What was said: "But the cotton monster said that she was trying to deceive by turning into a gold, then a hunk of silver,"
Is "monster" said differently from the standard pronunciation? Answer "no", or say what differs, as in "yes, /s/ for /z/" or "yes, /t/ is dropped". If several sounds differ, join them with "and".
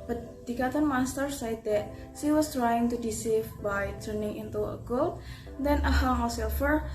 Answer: yes, /n/ is dropped